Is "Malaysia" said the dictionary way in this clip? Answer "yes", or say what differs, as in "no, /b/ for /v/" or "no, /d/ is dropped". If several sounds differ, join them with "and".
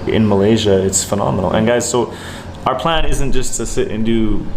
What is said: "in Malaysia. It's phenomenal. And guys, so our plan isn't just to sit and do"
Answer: yes